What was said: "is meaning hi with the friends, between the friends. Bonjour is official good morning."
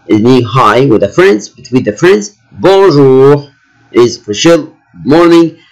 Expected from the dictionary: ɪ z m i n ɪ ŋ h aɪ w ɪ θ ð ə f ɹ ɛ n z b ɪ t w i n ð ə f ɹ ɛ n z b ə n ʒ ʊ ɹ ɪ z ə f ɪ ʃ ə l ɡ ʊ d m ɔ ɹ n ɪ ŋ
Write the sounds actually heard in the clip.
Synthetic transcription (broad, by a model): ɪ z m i ɪ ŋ h aɪ w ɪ ð ə f ɹ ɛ n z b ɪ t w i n ð ə f ɹ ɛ n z b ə ʒ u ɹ ɪ z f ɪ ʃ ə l m ɔ ɹ n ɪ ŋ